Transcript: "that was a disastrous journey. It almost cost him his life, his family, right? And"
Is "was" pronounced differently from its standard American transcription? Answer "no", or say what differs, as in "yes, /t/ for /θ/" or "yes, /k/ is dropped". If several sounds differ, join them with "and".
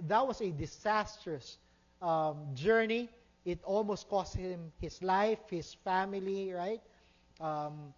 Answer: yes, /s/ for /z/